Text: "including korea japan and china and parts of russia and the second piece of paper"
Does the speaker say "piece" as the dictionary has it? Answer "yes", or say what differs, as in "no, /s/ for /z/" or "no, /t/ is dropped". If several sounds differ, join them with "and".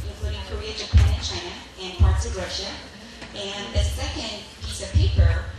yes